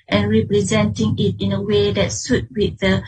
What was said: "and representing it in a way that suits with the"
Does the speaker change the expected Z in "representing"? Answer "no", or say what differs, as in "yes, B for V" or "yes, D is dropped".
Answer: no